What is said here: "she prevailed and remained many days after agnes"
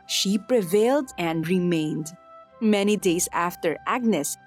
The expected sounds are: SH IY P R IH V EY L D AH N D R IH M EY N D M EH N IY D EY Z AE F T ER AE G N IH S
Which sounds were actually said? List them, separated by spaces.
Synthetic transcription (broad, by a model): SH IY P R IH V EY L D AH N D R IH M EY N D M EH N IY D EY S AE F T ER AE G N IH S